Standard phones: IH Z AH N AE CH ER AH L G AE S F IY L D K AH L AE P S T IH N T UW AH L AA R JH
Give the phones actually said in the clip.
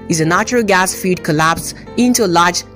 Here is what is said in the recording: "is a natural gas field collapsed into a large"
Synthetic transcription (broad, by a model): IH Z AH N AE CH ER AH L G AE S F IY D K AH L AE P S IH N T UW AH L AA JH